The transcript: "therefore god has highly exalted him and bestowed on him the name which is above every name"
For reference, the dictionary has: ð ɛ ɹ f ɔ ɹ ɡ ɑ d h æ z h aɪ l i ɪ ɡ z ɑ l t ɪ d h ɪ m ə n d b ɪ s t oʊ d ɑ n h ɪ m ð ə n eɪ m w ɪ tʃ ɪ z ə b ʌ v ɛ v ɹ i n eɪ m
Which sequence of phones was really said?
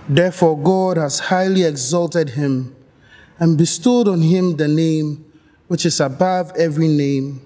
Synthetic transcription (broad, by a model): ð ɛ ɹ f ɔ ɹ ɡ ɑ d h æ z h aɪ l i ɪ ɡ z ɑ l t ɪ d h ɪ m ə n b ɪ s t oʊ d ɑ n h ɪ m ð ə n eɪ m w ɪ tʃ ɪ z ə b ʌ v ɛ v ɹ i n eɪ m